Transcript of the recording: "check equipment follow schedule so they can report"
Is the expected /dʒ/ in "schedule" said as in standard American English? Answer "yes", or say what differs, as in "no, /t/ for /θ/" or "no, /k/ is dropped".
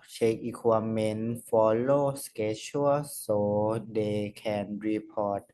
no, /tʃ/ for /dʒ/